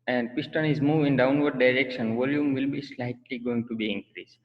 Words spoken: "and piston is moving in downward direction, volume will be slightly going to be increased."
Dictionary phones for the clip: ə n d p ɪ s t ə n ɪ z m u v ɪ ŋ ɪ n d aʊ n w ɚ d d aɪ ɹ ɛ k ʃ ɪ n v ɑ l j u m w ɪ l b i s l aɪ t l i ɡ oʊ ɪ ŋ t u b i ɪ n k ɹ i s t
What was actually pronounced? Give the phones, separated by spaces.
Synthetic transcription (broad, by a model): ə n d p ɪ s t ə n ɪ z m u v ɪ ɪ n d aʊ n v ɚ d d aɪ ɹ ɛ k ʃ ɪ n v ɑ l j u m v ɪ l b i s l aɪ t l i ɡ oʊ ɪ ŋ t u b i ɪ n k ɹ i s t